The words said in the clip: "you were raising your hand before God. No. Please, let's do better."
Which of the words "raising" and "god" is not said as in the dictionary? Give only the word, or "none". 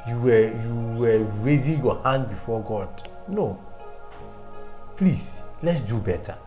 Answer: none